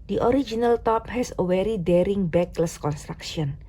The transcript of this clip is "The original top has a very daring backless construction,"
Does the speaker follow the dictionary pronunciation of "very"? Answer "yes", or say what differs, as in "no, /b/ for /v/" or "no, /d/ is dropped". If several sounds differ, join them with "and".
no, /w/ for /v/